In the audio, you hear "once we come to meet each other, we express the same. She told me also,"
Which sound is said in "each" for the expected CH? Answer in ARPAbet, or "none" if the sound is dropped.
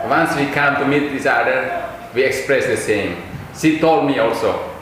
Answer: S